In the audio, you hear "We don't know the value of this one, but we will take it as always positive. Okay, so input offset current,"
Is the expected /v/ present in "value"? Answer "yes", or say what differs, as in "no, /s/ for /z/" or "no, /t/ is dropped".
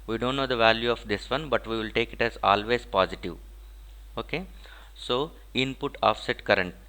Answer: yes